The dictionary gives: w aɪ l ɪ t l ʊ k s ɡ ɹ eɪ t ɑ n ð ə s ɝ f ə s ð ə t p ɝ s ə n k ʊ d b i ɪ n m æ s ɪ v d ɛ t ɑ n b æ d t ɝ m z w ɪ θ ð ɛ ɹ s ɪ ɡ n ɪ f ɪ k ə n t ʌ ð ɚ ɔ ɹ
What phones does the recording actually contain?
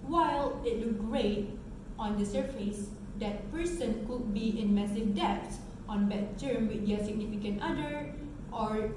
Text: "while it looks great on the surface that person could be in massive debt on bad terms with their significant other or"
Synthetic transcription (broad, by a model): w aɪ l ɪ t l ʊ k ɡ ɹ eɪ t ɑ n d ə s ɝ f ə s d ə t p ɝ s ə n k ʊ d b i ɪ n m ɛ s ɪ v d ɛ t ɑ n b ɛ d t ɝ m w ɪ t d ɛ s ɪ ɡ n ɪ f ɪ k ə n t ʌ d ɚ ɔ ɹ